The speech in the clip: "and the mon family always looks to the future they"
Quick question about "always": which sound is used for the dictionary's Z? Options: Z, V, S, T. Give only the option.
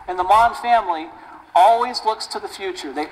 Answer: Z